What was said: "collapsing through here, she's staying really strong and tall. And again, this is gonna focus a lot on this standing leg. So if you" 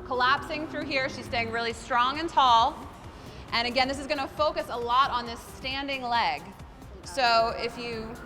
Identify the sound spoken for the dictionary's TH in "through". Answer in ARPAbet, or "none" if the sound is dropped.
TH